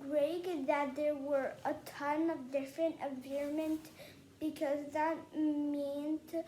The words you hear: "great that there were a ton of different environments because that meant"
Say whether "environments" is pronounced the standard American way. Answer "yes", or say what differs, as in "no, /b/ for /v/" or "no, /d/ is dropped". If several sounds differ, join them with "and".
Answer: no, /n/ is dropped and /s/ is dropped